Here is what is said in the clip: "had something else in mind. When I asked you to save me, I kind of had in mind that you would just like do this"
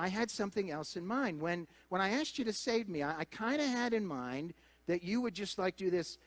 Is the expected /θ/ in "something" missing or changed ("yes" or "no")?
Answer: no